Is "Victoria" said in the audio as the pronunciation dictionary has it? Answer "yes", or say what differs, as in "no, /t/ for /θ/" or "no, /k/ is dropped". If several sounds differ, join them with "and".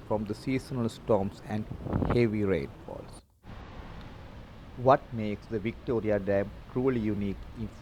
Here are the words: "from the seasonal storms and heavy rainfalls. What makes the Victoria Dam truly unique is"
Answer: yes